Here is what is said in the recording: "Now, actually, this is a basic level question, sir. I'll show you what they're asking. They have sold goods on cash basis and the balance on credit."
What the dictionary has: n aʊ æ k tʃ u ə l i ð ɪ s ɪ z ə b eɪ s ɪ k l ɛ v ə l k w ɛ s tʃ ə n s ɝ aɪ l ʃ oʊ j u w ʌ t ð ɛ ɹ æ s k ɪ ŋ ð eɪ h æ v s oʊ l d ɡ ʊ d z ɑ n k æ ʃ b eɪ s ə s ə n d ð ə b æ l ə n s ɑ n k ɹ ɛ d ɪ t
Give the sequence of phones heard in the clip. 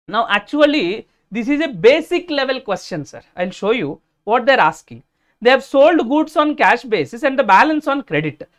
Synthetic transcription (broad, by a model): n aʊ æ k tʃ u ə l i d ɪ s ɪ z ə b eɪ s ɪ k l ɛ v ə l k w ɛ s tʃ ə n s ɝ aɪ l ʃ oʊ j u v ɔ t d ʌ ɹ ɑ s k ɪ ŋ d eɪ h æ v s oʊ l d ɡ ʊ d s ɑ n k æ ʃ b eɪ s ə s ə n d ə b æ l ə n s ɑ n k ɹ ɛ d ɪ t